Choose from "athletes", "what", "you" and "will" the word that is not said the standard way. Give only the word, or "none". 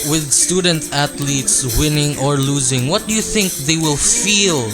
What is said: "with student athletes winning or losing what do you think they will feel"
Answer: athletes